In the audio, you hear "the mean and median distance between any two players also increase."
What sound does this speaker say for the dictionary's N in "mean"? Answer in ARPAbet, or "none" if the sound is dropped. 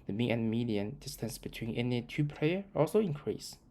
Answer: none